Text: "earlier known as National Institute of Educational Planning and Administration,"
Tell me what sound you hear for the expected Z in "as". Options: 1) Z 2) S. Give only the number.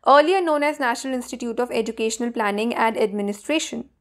1